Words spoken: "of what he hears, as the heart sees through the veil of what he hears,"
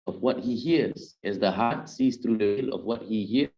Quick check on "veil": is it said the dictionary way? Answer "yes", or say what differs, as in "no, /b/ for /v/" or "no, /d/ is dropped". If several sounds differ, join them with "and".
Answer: no, /w/ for /v/